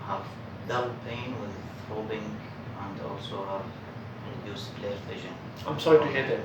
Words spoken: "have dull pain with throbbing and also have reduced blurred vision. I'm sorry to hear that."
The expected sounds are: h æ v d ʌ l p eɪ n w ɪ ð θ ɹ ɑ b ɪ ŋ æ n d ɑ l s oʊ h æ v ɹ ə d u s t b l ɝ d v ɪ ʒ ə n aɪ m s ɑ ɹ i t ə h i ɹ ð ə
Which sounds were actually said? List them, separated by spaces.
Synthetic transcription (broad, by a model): h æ v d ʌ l p eɪ n w ɪ ð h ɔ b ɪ ŋ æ n d ɑ l s oʊ h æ v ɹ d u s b l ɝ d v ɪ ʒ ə n aɪ m s ɑ ɹ i t ə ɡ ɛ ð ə